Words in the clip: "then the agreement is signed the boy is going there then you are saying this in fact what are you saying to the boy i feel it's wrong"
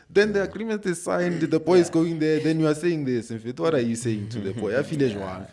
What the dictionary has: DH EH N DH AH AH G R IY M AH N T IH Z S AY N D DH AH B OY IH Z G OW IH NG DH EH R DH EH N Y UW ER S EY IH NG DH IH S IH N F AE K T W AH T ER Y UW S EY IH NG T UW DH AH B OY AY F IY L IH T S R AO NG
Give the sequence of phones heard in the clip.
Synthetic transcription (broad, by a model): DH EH N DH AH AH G R IY M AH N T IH S AY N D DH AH B OY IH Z G OW IH NG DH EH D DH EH N Y UW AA S EY IH NG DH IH S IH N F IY T W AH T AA Y UW S EY IH NG T UW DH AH B OY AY F IY L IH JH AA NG